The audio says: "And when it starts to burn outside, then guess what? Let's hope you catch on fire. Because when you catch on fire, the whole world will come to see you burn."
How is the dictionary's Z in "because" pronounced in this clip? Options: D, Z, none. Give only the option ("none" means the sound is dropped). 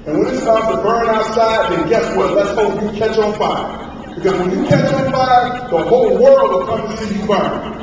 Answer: Z